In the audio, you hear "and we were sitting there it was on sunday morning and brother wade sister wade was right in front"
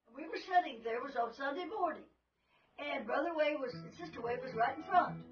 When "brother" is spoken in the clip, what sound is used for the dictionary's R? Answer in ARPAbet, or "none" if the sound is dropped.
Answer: R